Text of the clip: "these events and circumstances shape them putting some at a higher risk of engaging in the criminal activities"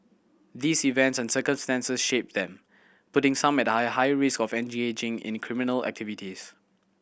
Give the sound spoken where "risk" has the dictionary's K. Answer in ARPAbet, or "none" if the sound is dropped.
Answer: K